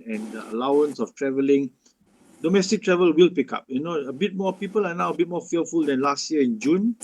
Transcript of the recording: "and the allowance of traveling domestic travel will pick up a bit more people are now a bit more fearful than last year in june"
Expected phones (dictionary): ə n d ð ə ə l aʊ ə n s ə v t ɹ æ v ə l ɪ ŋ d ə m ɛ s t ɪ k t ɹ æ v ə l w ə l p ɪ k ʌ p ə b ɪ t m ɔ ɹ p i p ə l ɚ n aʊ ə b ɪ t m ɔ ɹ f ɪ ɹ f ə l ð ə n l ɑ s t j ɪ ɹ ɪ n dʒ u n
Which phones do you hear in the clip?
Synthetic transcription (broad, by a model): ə n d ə ə l aʊ ə n s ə f t ɹ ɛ v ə l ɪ ŋ d ə m ɛ s t ɪ k t ɹ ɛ v ə l w ə l p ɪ k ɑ p ə b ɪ t m ɔ p i p ə l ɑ n aʊ ə b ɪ t m ɔ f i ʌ f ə l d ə n l ɑ s t j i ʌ ɪ n dʒ u n